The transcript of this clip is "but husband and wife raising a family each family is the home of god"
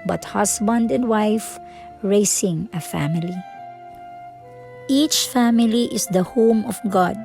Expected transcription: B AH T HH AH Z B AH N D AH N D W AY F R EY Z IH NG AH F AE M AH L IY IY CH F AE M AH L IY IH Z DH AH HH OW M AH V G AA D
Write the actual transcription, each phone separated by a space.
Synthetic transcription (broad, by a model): B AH T HH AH S B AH N D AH N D W AY F R EY S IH NG AH F AE M AH L IY IY CH F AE M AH L IY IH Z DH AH HH OW M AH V G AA D